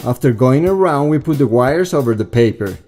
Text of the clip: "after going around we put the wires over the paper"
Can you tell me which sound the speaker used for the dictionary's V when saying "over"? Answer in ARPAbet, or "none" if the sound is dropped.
V